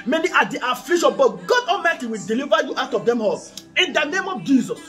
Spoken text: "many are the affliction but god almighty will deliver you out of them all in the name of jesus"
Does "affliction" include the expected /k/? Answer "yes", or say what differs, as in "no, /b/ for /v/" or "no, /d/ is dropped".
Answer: no, /k/ is dropped